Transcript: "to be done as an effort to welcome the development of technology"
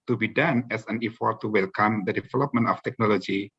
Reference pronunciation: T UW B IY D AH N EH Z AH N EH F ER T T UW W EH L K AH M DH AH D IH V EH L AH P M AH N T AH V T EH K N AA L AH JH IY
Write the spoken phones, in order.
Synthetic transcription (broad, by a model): T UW B IY D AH N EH S AH N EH F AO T T UW W EH L K AH M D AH D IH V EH L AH P M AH N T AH F T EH K N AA L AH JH IY